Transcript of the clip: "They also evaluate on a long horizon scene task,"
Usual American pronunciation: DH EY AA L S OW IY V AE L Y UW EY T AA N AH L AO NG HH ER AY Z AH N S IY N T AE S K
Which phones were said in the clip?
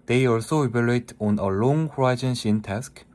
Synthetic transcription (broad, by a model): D EY AA L S OW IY B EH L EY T AA N AH L AO NG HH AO AY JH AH N SH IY N T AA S K